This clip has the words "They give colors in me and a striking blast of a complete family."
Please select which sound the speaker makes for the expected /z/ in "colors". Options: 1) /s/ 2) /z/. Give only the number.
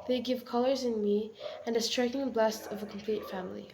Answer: 2